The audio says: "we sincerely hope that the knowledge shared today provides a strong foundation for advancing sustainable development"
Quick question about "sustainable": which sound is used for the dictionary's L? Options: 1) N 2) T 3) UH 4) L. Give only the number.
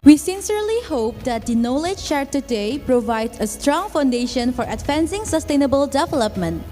4